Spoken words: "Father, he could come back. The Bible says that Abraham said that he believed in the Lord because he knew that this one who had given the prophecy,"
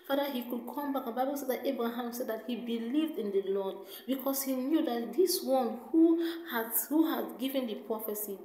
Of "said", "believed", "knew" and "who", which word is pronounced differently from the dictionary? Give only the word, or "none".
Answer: none